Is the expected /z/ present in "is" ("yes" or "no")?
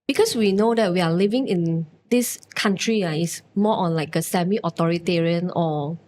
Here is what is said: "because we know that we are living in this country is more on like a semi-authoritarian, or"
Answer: no